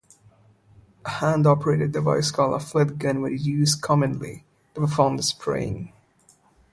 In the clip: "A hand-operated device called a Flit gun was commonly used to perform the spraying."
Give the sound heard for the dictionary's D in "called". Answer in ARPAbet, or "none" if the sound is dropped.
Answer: none